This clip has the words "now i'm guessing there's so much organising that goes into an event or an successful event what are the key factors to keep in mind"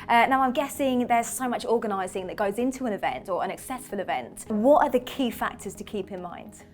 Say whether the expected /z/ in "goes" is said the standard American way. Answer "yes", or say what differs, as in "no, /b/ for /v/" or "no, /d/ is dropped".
yes